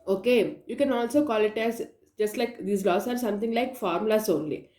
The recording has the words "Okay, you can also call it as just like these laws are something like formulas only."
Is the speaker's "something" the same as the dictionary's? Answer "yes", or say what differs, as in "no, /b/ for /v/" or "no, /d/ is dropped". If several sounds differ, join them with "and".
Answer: no, /t/ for /θ/